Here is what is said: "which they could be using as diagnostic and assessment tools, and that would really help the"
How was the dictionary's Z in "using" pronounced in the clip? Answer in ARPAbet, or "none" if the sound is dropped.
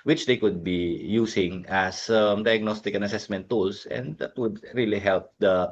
S